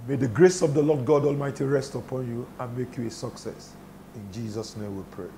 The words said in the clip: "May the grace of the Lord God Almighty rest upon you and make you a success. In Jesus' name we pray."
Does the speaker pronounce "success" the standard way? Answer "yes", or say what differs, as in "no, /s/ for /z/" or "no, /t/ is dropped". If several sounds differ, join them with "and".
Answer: yes